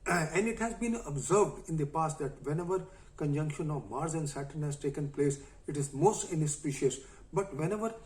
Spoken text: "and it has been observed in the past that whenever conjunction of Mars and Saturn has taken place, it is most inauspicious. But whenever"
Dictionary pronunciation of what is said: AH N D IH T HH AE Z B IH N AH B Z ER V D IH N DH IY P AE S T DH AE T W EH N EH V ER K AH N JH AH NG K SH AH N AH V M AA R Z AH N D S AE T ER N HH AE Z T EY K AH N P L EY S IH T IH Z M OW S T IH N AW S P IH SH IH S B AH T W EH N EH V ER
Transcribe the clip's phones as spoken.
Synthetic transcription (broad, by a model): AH N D IH T HH AE Z B IH N AH B Z ER V D IH N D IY P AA S T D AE T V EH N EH V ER K AH N JH AH NG K SH AH N AH V M AA R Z AH N D S AE T ER N HH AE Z T EY K AH N P L EY S IH T IH Z M OW S T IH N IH S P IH SH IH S B AH T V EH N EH V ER